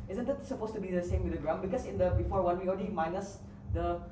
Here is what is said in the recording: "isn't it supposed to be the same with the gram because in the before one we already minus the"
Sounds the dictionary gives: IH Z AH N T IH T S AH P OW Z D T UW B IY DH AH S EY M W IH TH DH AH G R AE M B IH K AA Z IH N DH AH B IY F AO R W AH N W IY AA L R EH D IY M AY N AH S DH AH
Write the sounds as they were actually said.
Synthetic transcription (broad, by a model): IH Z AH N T IH T S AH P OW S T UW B IY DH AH S EY M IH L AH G R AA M B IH K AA S IH N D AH B IY F AO R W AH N W IY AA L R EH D IY M AY N AH S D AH